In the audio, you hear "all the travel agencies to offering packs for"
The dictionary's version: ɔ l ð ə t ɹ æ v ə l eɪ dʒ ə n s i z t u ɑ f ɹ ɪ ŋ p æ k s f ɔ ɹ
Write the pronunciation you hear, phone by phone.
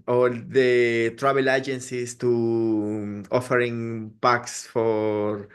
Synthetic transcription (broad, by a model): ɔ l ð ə t ɹ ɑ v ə l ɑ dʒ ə n s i s t u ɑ f ɹ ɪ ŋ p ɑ k s f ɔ ɹ